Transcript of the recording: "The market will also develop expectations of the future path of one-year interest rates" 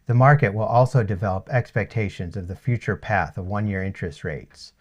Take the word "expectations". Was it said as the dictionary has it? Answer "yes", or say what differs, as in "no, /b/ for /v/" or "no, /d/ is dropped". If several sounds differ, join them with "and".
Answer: yes